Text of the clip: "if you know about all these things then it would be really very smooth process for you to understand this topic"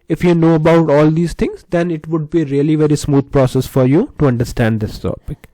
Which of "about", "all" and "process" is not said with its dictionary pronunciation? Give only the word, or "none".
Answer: none